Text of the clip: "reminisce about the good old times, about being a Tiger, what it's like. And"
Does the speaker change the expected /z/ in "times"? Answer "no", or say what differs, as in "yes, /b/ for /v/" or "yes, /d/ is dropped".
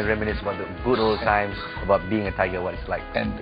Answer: yes, /z/ is dropped